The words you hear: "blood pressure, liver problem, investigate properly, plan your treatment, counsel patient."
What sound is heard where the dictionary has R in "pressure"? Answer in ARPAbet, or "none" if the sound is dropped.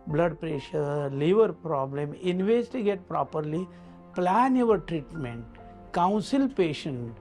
R